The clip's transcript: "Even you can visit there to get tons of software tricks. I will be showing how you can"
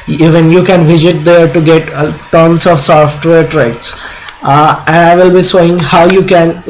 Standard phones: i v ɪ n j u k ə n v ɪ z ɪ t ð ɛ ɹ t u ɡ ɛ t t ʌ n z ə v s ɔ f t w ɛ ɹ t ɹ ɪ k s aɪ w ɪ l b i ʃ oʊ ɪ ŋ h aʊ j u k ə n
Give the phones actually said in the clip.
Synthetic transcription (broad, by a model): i v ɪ n j u k ə n v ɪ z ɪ t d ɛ ɹ t u ɡ ɛ t t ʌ n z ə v s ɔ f t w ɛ ɹ t ɹ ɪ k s aɪ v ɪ l b i s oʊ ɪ ŋ h aʊ j u k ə n